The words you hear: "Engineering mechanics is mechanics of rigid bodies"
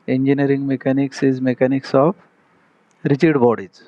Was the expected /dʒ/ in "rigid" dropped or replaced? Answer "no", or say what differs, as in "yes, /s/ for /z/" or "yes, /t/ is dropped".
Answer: yes, /tʃ/ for /dʒ/